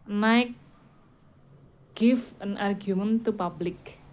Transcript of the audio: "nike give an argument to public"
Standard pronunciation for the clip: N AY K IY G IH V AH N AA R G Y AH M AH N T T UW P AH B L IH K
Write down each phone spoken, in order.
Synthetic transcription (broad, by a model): N AY K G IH F AH N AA R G Y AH M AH N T T UW P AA B L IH K